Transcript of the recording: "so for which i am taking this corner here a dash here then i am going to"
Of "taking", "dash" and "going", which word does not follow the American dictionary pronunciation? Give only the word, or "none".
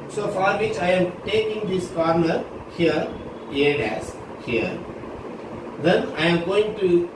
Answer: dash